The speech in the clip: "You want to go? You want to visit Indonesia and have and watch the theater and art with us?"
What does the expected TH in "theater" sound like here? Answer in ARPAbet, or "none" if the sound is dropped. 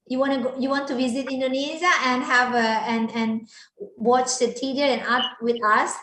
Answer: T